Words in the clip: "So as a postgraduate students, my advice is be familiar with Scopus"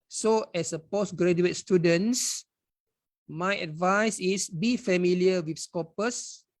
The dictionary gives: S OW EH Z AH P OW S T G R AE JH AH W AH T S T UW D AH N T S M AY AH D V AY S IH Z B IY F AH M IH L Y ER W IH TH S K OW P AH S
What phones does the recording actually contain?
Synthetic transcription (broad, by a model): S OW EH S AH P OW S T G R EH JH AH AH T S T UW D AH N S M AY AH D V AY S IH S B IY F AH M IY L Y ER W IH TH S K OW P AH S